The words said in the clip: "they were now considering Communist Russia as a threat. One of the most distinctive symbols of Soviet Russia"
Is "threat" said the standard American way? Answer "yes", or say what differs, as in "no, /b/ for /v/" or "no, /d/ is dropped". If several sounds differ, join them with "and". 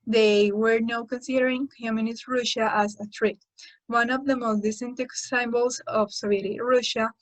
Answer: no, /t/ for /θ/